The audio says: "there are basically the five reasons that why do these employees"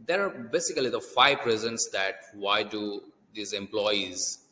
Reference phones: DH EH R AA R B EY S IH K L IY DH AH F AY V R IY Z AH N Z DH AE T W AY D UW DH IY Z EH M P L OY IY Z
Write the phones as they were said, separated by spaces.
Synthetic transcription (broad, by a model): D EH R AA R B EY S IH K L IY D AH F AY P R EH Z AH N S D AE T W AY D UW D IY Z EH M P L OY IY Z